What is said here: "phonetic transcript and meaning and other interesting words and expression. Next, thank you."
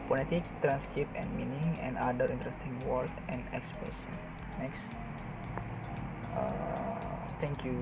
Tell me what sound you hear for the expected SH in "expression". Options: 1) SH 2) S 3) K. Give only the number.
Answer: 2